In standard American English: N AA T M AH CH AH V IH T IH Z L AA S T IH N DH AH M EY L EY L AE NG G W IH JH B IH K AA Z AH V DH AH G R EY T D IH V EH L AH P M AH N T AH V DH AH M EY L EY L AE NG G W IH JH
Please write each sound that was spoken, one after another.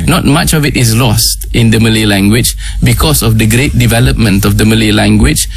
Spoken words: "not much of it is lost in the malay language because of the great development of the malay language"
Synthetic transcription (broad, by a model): N AA T M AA CH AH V IH T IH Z L AA S T IH N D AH M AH L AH L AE NG G W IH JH B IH K AA S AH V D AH G R EY T D IH V EH L AH P M AH N T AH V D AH M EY L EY L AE NG G W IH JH